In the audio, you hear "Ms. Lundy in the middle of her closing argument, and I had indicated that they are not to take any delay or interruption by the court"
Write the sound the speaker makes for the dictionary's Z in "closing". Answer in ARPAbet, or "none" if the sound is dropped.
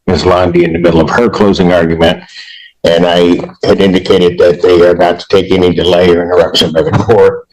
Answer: Z